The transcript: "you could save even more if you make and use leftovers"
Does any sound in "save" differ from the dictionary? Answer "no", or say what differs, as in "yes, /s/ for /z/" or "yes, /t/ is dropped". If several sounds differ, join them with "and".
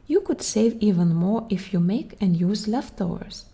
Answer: no